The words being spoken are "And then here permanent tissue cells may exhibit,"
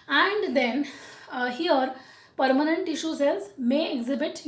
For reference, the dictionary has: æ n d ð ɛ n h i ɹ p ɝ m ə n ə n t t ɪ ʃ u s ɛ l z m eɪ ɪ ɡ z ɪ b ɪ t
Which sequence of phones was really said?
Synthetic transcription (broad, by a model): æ n d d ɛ n h i ɹ p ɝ m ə n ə n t t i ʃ u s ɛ z m eɪ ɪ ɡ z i b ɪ t